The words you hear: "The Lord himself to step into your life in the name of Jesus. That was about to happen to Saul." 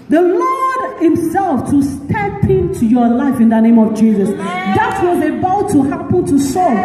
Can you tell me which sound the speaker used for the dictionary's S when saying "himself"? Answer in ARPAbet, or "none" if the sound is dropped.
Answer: S